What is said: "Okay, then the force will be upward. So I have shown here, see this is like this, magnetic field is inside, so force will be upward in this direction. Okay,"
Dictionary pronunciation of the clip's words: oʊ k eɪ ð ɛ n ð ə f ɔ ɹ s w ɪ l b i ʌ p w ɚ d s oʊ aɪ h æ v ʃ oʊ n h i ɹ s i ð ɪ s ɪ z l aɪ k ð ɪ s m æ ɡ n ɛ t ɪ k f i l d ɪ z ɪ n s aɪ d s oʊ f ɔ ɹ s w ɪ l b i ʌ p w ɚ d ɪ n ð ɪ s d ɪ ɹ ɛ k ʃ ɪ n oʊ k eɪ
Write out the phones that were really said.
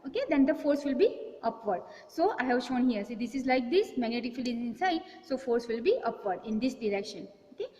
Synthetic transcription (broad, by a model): oʊ k eɪ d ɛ n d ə f ɔ ɹ s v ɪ l b i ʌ p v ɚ d s oʊ aɪ h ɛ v ʃ oʊ n h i ɹ s i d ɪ s ɪ z l aɪ k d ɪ s m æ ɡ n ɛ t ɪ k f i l ɪ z ɪ n s aɪ d s oʊ f ɔ ɹ s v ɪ l b i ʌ p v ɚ d ɪ n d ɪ s d ɪ ɹ ɛ k ʃ ɪ n oʊ k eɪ